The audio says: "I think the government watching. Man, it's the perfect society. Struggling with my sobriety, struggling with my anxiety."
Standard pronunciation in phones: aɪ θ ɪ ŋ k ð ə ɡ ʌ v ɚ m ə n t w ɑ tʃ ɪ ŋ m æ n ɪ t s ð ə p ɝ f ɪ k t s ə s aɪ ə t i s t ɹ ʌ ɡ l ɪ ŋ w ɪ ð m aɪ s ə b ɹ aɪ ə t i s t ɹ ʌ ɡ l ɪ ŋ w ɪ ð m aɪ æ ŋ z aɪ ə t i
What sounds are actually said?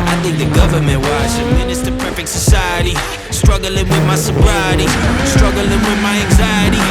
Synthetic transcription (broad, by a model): aɪ θ ɪ ŋ k ð ə ɡ ʌ v ɚ m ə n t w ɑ ʃ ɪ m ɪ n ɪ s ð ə p ɝ f ɪ k t s ə s aɪ ə t i s t ɹ ʌ ɡ l ɪ ŋ w ɪ ð m aɪ s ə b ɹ aɪ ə t i s t ɹ ʌ ɡ l ɪ ŋ w ɪ ð m aɪ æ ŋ z aɪ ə t i